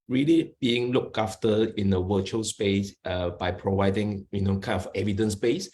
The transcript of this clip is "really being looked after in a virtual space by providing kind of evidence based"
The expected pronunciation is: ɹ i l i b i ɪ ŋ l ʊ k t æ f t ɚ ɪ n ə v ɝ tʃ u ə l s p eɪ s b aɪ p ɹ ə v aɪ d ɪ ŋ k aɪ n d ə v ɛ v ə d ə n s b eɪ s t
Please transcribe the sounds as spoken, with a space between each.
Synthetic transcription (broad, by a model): ɹ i l i b i ɪ ŋ l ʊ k ɑ f t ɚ ɪ n ə w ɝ tʃ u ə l s p eɪ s b aɪ p ɹ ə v aɪ d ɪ ŋ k aɪ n ə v ɛ v ə d ə n s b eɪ s